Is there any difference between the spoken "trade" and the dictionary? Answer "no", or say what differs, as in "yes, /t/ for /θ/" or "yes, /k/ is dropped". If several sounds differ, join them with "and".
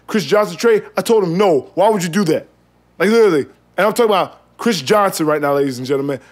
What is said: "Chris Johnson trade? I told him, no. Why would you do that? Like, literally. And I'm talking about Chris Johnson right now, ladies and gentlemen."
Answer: yes, /d/ is dropped